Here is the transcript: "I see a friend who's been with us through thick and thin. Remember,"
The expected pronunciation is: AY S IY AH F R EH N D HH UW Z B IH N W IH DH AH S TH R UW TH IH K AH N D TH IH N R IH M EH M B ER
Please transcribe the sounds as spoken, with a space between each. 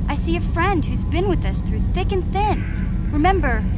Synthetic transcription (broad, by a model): AY S IY AH F R EH N D HH UW Z B IH N W IH DH AH S TH R UW TH IH K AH N TH IH N R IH M EH M B ER